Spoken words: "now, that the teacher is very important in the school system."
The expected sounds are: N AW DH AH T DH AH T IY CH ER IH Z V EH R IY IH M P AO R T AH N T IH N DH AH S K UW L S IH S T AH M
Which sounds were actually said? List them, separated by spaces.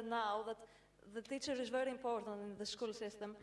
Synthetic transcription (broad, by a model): N AW DH AH T DH AH T IY CH ER IH Z V EH R IY IH M P AO R T AH N T IH N DH AH S K UW L S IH S T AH M